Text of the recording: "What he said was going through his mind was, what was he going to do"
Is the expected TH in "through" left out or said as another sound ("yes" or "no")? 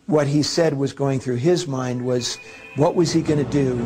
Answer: no